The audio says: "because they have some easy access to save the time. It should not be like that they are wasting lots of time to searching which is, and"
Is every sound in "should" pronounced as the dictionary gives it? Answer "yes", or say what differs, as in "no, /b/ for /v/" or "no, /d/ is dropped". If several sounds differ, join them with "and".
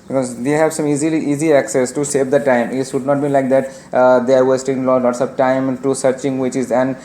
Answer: no, /s/ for /ʃ/